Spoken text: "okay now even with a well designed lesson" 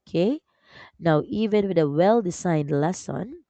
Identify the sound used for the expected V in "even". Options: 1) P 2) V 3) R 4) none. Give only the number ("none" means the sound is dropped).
2